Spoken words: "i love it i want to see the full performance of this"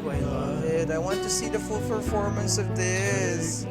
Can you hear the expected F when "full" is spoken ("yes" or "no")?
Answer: yes